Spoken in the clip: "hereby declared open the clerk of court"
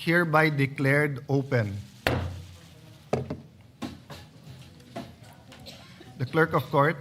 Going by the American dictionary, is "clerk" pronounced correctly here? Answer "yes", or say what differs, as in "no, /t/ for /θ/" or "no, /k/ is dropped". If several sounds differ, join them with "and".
yes